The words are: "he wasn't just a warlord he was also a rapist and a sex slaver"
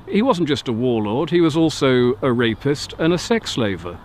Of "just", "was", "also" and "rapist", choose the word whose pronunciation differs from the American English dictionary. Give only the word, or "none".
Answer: none